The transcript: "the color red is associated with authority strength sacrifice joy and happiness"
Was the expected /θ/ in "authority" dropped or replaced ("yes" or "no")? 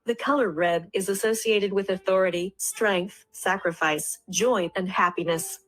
no